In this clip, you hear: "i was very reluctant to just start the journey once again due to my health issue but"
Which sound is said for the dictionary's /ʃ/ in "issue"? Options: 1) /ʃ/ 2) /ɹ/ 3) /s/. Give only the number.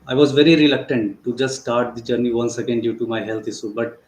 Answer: 3